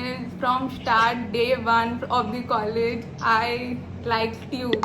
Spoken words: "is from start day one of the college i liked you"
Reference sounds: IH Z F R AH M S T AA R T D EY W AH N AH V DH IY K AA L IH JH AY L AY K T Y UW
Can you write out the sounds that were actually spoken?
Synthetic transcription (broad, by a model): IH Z F R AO M S T AA R T D EY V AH N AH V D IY K AA L IH JH AY L AY K T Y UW